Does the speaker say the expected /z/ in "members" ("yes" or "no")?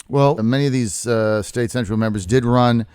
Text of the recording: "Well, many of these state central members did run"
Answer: yes